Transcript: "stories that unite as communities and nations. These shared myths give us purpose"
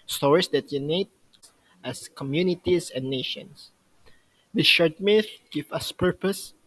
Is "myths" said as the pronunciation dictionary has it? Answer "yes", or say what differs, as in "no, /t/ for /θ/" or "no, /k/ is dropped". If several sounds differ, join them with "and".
no, /s/ is dropped